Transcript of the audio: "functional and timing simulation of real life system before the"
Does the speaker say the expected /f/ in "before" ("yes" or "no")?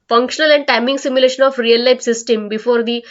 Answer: yes